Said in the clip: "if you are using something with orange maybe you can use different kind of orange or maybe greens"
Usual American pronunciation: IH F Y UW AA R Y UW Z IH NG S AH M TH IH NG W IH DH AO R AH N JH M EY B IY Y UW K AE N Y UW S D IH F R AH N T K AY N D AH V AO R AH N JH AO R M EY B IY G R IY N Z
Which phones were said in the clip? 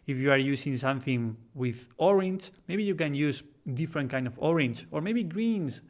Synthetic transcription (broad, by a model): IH F Y UW AA R Y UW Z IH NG S AH M TH IH NG W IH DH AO R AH N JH M EY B IY Y UW K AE N Y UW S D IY F R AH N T K AY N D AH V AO R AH N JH AO R M EY B IY G R IY N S